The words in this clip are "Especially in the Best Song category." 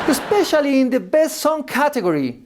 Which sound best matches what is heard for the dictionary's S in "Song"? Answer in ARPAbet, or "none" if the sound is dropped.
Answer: S